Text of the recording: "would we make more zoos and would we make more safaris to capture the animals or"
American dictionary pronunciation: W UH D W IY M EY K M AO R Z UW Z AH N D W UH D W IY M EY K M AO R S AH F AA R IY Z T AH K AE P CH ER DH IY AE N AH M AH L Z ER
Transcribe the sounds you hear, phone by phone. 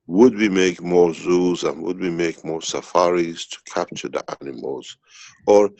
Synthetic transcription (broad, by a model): W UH D W IY M EY K M AO R Z UW Z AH N W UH D W IY M EY K M AO R S AH F AA R IY Z T AH K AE P CH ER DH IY AE N AH M AH L Z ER